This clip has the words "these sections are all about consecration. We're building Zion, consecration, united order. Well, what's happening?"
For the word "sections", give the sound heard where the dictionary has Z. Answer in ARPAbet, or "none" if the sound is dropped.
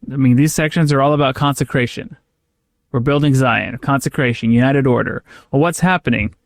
Z